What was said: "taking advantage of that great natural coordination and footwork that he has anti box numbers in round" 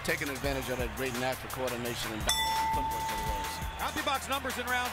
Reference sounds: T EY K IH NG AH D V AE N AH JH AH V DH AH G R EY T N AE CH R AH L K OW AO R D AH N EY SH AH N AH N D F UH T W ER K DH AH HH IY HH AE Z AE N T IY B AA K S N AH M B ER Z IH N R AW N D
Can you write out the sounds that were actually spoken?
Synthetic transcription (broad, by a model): T EY K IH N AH D V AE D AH JH AH V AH G R EY T N AE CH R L K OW AO R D N EY SH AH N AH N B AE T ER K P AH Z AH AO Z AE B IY B AA K S N AH M B ER Z IH N R AW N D